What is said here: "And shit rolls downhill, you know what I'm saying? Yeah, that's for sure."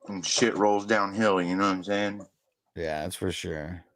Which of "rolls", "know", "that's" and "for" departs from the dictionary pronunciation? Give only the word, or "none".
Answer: none